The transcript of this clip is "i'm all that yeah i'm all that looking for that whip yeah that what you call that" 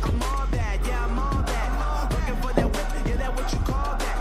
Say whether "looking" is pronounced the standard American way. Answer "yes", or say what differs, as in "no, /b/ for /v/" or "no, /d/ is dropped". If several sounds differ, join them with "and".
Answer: no, /n/ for /l/